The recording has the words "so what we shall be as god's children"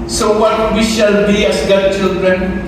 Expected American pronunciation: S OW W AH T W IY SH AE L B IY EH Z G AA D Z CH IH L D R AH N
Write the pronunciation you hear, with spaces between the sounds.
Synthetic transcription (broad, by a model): S OW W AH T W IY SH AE L B IY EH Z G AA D CH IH L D R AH N